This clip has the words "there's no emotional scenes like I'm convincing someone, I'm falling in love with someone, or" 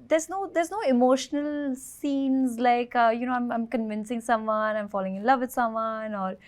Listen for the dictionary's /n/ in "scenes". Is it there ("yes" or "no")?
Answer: yes